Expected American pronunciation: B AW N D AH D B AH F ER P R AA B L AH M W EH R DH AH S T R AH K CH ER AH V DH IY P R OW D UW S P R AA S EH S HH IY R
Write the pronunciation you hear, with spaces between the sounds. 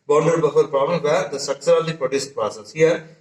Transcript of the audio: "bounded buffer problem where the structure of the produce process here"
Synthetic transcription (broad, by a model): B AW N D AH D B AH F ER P R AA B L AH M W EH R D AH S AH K S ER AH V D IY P R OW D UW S P R AA S EH S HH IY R